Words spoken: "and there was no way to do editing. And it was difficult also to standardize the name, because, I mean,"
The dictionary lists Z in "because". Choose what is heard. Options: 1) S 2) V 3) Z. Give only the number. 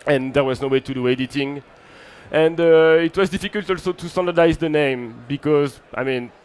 3